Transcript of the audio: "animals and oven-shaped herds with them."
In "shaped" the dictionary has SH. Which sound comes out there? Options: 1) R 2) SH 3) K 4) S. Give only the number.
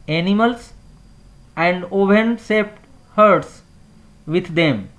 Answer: 4